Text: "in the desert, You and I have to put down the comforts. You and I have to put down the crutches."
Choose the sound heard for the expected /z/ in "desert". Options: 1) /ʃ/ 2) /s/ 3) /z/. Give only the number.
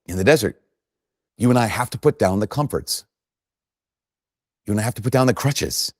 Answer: 3